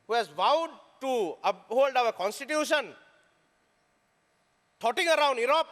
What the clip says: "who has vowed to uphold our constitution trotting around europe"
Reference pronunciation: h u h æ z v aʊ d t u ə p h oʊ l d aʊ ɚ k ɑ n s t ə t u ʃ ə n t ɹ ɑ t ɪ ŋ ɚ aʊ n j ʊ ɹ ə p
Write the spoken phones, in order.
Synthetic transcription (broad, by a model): h u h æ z v aʊ d t u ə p h oʊ l d aʊ ɚ k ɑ n s t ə t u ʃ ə n t ɑ t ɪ ŋ ɚ aʊ n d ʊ ɹ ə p